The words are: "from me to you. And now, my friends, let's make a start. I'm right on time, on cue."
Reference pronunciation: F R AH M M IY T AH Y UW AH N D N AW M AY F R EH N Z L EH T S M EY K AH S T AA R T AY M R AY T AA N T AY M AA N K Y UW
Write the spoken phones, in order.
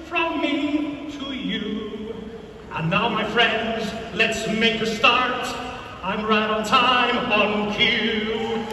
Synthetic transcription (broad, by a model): F R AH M M IY T AH Y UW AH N N AW M AY F R EH N Z L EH T S M EY K AH S T AA R T AY M R AY T N T AY M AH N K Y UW